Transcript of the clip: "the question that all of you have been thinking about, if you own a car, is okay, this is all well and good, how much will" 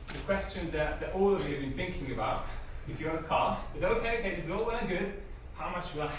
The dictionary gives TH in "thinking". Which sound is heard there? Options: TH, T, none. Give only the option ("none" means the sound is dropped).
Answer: TH